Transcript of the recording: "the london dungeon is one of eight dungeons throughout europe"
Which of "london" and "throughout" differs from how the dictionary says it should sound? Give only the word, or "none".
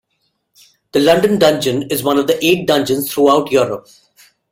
throughout